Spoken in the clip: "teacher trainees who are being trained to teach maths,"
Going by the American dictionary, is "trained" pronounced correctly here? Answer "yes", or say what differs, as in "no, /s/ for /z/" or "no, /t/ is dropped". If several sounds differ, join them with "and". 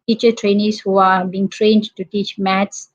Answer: yes